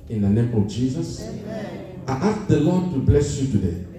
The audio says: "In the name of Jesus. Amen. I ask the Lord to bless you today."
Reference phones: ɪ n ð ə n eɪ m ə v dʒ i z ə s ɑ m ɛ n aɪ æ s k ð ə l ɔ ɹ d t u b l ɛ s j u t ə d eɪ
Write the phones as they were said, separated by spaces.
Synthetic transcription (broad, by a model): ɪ n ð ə n eɪ m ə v dʒ i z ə s ɑ ɪ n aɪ s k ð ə l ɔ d t u b l ɛ s j u t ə d eɪ